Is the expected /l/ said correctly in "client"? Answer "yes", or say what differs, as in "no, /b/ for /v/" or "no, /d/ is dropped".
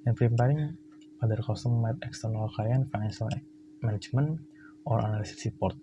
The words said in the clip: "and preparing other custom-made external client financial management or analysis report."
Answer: no, /l/ is dropped